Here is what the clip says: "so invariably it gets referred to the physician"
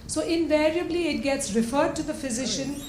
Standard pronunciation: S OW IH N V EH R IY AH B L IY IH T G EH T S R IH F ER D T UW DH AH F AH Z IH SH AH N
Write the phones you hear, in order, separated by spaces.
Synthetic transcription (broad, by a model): S OW IH N V EH R IY AH B L IY IH T G EH T S R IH F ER D T UW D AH F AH Z IH SH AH N